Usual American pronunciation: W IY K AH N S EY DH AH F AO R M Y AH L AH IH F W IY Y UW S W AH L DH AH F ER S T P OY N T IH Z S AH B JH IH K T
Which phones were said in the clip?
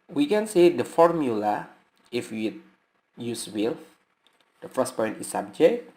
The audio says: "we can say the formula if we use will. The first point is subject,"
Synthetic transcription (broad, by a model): W IY K AH N S EY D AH F AO R M Y AH L AH IH F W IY Y UW S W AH L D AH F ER S P OY N T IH S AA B JH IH K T